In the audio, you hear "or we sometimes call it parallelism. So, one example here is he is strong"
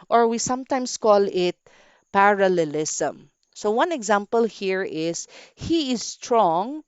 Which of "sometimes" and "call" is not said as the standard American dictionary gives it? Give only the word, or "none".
sometimes